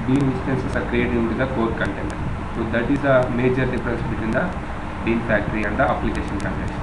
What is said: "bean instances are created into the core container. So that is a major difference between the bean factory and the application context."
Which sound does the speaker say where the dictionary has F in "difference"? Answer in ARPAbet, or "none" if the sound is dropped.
P